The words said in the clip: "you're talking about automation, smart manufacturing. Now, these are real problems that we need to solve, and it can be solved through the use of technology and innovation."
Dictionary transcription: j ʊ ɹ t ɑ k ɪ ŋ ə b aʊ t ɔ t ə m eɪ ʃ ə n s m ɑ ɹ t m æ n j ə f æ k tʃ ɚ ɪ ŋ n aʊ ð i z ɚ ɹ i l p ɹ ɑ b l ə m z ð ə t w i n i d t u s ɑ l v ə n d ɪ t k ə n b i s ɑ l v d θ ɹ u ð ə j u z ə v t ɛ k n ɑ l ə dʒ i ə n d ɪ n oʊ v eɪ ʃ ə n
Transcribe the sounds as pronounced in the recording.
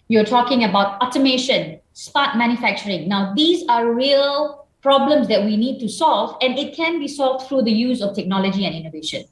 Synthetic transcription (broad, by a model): j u t ɑ k ɪ ŋ ə b aʊ t ɔ t ə m eɪ ʃ ə n s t ɑ t m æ n j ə f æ k tʃ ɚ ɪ ŋ n aʊ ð i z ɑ ɹ i l p ɹ ɑ b l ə m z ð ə t w i n i d t u s ɑ l v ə n ɪ t k ə n b i s ɑ l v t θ ɹ u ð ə j u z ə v t ɛ k n ɑ l ə dʒ i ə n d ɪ n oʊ v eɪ ʃ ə n